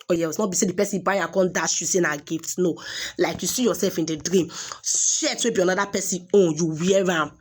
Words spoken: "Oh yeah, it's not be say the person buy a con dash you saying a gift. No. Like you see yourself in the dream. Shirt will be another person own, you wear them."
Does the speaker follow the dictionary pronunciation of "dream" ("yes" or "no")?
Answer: yes